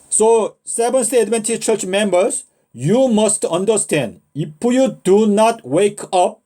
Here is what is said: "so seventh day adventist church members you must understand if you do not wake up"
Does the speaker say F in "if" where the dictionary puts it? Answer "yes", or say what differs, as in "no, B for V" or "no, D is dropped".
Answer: no, P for F